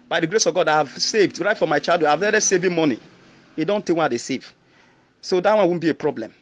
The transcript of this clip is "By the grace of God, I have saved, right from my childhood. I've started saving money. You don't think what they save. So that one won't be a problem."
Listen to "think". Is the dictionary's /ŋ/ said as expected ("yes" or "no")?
no